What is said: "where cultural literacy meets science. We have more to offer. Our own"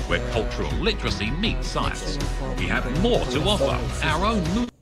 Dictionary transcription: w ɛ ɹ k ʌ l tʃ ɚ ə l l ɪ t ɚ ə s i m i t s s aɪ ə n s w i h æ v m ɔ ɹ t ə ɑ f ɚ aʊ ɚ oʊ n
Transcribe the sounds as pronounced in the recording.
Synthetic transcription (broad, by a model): w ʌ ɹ k ʌ l tʃ ɚ ə l l ɪ t ɚ ə s i m i t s s aɪ ə n s w i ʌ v m ɔ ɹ t ə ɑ f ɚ aʊ ɚ oʊ n